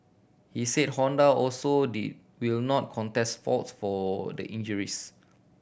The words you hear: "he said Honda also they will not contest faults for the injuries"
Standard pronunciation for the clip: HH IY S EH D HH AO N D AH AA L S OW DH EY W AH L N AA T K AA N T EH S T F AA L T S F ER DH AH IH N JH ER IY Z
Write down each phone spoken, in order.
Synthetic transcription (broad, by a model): HH IY S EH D HH AO N D AH AA L S OW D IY W AH L N AA T K AA N T EH S T F AA T S F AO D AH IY N JH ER IY S